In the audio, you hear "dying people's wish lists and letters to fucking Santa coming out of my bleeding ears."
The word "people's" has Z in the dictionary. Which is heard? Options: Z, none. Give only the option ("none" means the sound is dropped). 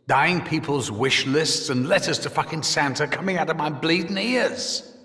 Z